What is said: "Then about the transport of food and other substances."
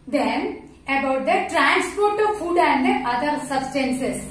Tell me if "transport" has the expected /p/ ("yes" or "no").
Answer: yes